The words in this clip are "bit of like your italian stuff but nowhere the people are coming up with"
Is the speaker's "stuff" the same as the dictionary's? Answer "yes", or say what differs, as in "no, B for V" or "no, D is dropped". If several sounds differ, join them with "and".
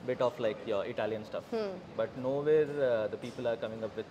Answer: yes